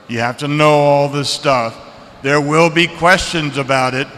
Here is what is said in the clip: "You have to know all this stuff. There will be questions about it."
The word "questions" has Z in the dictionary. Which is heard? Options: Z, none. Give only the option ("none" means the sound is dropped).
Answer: Z